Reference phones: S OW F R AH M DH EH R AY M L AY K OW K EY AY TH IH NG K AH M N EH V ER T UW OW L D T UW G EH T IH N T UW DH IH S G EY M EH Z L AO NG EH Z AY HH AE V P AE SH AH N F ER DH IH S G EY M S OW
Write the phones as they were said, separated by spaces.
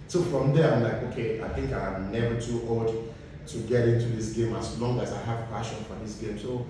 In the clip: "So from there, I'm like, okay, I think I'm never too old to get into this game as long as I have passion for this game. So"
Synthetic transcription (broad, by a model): S OW F R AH M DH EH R AY M L AY K OW K EY AY TH IH NG K AH M N EH V ER T UW OW L D T UW G EH T IH N T UW DH IH S G EY M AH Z L AO NG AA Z AY HH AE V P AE SH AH N F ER DH IH S G EY M S OW